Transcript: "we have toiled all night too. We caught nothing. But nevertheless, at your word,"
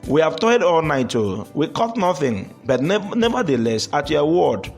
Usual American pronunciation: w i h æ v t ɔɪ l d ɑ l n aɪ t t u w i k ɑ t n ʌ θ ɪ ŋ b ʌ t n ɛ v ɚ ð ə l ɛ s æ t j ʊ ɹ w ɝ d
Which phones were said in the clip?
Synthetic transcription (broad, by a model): w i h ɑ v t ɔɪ d ɑ l n aɪ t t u w i k ɑ t n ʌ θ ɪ ŋ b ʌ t n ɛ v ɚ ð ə l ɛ s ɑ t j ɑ w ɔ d